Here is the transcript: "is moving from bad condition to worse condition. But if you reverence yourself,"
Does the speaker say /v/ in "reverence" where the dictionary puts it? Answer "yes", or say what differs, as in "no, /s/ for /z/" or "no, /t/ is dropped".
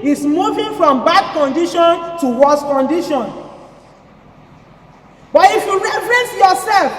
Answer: no, /f/ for /v/